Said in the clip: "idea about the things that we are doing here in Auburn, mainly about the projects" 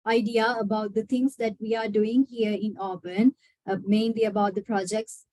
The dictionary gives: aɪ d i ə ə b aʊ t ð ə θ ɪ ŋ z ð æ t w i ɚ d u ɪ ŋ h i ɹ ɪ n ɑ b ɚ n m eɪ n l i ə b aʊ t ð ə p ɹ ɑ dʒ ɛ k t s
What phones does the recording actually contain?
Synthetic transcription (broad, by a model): aɪ d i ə ə b aʊ t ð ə t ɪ ŋ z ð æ t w i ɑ d u ɪ ŋ h i ɹ ɪ n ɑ b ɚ n m eɪ n l i ə b aʊ t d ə p ɹ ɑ dʒ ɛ k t s